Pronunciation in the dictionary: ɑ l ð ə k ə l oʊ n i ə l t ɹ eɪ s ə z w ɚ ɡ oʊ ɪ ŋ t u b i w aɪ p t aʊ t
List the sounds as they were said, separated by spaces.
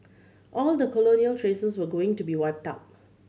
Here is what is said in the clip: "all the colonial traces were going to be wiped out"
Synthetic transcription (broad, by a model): ɑ l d ə k ə l oʊ n i ə l t ɹ eɪ s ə s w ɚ ɡ oʊ ɪ ŋ t u b i w aɪ p t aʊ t